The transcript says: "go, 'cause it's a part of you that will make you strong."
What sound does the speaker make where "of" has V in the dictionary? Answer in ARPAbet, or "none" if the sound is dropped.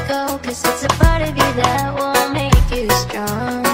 V